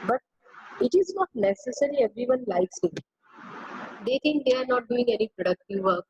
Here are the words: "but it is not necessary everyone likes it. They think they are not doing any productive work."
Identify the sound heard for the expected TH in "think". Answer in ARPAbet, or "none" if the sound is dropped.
T